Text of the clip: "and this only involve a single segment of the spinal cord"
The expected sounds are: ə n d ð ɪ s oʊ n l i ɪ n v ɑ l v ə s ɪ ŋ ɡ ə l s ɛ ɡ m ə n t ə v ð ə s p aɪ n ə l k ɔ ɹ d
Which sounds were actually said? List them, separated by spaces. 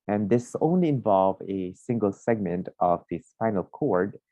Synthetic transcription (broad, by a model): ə n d ð ɪ s oʊ n l i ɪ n v ɑ l v ə s ɪ ŋ ɡ ə l s ɛ ɡ m ə n t ə v ð ə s f aɪ n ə l k ɔ ɹ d